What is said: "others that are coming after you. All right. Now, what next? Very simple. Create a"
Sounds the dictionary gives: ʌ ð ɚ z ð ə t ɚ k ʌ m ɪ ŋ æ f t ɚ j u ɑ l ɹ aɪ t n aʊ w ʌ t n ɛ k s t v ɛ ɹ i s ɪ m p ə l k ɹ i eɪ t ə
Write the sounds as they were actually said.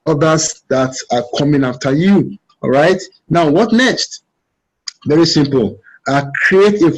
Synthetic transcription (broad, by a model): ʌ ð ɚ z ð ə t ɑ k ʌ m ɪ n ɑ f t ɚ j u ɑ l ɹ aɪ t n aʊ w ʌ t n ɛ k s t v ɛ ɹ i s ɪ m p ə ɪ k ɹ i eɪ t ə